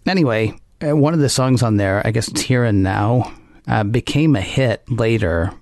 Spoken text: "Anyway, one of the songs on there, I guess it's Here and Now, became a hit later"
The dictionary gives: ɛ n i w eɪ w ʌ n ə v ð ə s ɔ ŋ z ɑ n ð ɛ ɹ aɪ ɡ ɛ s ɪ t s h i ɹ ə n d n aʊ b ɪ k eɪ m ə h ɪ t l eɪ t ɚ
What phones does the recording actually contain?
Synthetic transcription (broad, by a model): ɛ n i w eɪ w ʌ n ə v ð ə s ɔ ŋ z n ð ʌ ɹ aɪ ɡ ɛ s ɪ t s h i ɹ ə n n aʊ b ɪ k eɪ m ə h ɪ t l eɪ t ɚ